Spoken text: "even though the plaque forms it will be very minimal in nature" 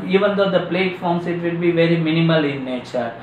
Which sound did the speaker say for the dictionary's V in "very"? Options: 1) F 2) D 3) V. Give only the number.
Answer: 3